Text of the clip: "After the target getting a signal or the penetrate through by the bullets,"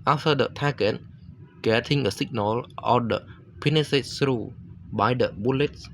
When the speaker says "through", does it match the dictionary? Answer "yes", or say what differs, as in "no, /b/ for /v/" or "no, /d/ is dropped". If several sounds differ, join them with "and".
no, /s/ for /θ/